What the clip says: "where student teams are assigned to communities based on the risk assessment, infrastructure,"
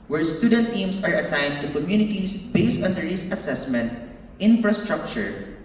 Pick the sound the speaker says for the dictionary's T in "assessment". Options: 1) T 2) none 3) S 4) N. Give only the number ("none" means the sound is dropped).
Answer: 1